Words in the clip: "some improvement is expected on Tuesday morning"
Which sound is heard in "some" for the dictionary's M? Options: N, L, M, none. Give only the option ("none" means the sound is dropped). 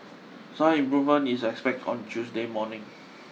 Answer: none